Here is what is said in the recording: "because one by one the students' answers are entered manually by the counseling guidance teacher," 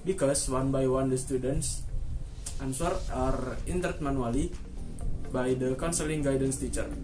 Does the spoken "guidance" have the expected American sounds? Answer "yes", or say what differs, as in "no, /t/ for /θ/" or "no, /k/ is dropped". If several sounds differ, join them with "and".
yes